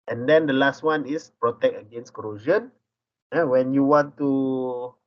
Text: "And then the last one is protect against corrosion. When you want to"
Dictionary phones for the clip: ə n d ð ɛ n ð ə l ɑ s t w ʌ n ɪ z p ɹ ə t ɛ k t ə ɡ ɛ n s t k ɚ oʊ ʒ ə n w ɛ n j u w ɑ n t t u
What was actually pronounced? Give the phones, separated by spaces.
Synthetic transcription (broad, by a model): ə n d ɛ n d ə l ɑ s t w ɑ n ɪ s p ɹ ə t ɛ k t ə ɡ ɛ n s k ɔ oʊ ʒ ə n w ɛ n j u w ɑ n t t u